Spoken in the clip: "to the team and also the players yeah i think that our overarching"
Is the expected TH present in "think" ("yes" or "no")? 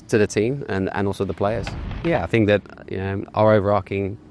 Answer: yes